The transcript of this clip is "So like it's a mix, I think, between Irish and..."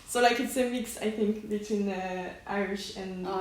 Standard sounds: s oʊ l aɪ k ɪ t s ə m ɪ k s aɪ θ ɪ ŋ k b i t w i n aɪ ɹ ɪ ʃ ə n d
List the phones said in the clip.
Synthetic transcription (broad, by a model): s oʊ l aɪ k ɪ t s ə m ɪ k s aɪ θ ɪ ŋ k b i t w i n aɪ ɹ ɪ ʃ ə n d